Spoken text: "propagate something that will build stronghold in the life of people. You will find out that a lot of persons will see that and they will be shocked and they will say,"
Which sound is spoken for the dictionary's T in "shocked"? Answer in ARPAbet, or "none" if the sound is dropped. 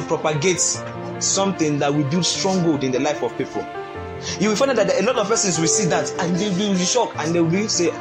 none